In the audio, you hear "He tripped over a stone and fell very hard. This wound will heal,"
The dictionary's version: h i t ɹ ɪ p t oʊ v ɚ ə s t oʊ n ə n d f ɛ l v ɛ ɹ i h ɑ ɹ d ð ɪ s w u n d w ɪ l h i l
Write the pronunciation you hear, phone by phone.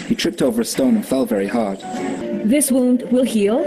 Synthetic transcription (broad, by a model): h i t ɹ ɪ p t oʊ v ɚ ə s t oʊ n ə n f ɛ l v ɛ ɹ i h ɑ ɹ d ð ɪ s w u n d w ɪ l h i l